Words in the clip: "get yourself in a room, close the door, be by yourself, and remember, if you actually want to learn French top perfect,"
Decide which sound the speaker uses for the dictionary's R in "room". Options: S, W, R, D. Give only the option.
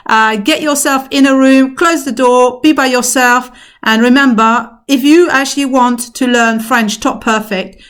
R